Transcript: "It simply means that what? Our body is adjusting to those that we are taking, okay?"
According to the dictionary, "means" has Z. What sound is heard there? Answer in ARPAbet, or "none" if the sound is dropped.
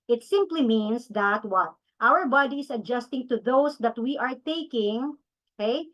S